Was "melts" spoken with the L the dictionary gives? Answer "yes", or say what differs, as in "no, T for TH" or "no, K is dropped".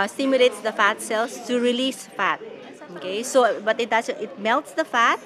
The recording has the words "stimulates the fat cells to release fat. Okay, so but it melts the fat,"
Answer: yes